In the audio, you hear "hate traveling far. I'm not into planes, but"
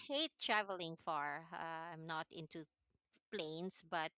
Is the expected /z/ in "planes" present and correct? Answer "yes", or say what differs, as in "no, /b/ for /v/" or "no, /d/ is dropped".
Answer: no, /s/ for /z/